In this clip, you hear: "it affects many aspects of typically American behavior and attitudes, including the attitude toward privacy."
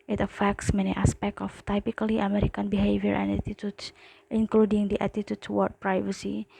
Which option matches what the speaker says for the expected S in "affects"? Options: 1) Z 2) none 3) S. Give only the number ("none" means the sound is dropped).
3